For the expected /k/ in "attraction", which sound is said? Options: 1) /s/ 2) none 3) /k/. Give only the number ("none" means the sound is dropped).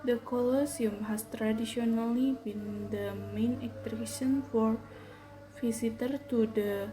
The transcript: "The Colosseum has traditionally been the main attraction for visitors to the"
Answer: 2